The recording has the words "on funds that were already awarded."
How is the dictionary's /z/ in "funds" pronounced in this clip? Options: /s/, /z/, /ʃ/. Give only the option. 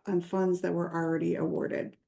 /z/